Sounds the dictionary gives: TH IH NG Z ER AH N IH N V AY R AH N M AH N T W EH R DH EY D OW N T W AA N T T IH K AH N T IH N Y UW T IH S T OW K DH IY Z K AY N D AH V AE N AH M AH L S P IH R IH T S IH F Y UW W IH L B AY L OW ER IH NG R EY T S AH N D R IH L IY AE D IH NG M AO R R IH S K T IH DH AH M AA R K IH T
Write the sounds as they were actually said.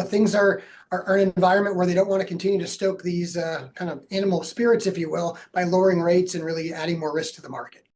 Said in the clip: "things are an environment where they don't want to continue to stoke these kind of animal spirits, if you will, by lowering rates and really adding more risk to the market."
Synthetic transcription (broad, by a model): TH IH NG Z ER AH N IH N V AY R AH N M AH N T W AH R DH EY D OW N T W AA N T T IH K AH N T IH N Y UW T IH S T OW K DH IY Z K AY N D AH V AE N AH M L S P IH R IH T S IH F Y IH W IH L B AY L OW ER IH NG R EY T S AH N R IH L IY AE D IH NG M AO R R IH S K T IH DH AH M AA R K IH T